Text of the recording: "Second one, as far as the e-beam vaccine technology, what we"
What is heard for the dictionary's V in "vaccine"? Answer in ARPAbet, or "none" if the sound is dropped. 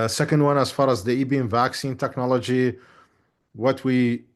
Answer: V